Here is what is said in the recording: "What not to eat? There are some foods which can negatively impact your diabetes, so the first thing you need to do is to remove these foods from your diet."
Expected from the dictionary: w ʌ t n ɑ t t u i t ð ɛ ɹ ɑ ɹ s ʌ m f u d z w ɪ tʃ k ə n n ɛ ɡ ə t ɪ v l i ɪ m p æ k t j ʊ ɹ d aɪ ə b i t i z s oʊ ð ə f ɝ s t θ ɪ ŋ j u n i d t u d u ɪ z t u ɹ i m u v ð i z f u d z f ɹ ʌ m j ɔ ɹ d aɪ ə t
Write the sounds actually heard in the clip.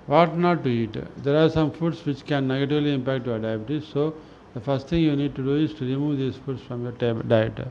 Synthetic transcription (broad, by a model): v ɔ t n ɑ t t u i t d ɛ ɹ ɑ ɹ s ʌ m f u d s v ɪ tʃ k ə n n ɛ ɡ ə t ɪ v l i ɪ m p æ k t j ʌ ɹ d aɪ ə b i t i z s oʊ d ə f ɝ s t t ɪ ŋ j u n i d t u d u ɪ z t u ɹ i m u v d i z f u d s f ɹ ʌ m j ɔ ɹ d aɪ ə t